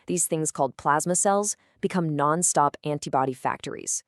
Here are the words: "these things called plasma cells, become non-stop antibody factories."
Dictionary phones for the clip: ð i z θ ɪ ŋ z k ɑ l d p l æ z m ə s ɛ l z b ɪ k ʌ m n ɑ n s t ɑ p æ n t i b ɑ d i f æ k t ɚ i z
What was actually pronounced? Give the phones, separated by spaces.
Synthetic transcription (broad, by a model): ð i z θ ɪ ŋ z k ɑ l d p l æ z m ə s ɛ l z b ɪ k ʌ m n ɑ n s t ɑ p æ n t i b ɑ d i f æ k t ɚ i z